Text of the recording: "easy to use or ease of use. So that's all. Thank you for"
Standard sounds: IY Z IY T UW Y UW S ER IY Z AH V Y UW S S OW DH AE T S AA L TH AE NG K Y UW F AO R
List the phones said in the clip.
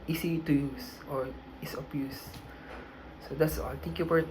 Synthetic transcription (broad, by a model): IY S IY T UW Y UW S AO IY S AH B Y UW S S OW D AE T S AA L T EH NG K Y UW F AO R